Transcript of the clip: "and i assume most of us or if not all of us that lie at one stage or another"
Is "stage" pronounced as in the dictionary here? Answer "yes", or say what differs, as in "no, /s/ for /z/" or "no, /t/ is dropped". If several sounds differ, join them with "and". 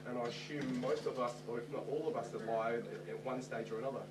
yes